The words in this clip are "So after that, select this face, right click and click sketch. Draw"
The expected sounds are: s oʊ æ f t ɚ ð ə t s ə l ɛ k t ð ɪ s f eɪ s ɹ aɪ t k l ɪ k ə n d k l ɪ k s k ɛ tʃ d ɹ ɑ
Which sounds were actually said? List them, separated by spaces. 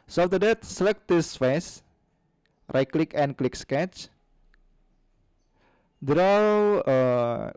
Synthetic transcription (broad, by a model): s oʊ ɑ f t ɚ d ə t s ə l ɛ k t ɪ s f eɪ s ɹ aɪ k l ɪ k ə n k l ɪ k s k ɛ tʃ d ɹ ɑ